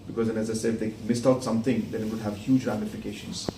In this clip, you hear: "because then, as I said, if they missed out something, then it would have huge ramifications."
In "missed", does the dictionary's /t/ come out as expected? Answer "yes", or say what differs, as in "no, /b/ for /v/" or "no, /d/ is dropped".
yes